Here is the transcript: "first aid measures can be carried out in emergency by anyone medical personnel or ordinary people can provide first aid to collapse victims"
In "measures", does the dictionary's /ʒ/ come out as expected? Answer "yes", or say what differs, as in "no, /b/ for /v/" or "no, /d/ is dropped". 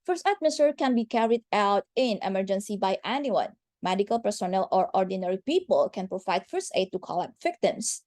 no, /s/ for /ʒ/